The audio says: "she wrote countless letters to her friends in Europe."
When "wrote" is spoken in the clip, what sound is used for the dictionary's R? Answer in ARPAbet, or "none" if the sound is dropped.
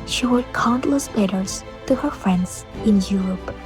W